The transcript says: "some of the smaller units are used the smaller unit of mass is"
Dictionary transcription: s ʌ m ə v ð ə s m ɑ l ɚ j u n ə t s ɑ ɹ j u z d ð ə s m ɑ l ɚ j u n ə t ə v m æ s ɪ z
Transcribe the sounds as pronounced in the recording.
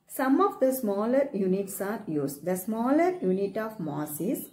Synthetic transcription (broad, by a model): s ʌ m ə v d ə s m ɑ l ɚ j u n ə t s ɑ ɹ j u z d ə s m ɑ l ɚ j u n ə t ə v m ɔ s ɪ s